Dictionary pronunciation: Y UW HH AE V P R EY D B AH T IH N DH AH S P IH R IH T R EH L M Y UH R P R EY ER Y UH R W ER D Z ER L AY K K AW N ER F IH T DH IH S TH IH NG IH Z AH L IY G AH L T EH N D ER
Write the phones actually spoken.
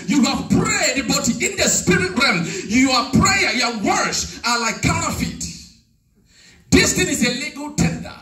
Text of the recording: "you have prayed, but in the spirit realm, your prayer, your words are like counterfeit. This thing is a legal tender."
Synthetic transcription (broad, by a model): Y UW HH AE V P R EY D B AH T IH N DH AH S P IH R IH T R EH M Y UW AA P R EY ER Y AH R W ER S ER L AY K K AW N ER F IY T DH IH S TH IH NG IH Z AH L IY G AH L T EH N D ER